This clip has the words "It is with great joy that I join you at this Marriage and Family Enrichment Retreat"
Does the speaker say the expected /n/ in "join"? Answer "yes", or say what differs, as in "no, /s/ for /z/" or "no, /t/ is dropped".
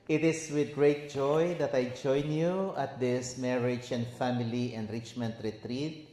yes